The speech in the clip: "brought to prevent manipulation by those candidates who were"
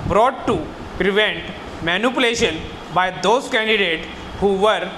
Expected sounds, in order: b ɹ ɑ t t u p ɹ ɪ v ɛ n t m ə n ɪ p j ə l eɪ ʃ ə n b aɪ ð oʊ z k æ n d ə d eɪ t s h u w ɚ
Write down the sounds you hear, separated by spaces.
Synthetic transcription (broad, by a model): b ɹ ɑ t t u p ɹ ɪ v ɛ n t m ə n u p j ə l eɪ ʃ ə n b aɪ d oʊ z k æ n d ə d eɪ t h u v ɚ